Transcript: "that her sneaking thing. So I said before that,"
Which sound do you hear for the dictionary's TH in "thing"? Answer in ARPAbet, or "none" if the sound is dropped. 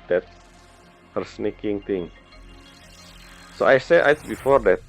T